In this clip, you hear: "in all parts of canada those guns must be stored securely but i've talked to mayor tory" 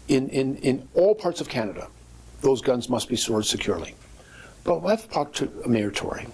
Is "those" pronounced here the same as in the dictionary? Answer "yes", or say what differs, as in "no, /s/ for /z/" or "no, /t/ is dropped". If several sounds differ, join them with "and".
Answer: yes